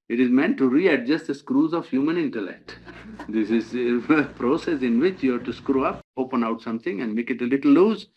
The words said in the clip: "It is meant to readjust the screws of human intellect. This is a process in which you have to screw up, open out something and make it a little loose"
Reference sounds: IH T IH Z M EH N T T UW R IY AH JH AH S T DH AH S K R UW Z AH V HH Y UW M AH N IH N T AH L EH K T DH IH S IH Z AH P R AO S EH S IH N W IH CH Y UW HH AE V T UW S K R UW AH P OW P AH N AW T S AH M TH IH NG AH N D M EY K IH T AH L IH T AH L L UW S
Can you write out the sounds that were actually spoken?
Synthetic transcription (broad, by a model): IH T IH Z M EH N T T UW R IY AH JH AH S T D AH S K R UW Z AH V HH Y UW M AH N IH N T AH L EH K T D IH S IH Z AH P R AO S EH S IH N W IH CH Y UW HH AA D T UW S K R UW AH P OW P AH N AW T S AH M T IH NG AH N D M EY K IH T AH L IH T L L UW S